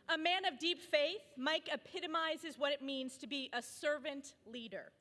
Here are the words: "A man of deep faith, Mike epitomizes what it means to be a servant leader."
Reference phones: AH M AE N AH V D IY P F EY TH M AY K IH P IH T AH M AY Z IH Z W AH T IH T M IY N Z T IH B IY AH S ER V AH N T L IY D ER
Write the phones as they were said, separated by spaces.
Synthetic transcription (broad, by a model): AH M AE N AH V D IY P F EY TH M AY K IH P IH T AH M AY Z IH Z W AH T IH T M IY N Z T IH B IY AH S ER V AH N T L IY D ER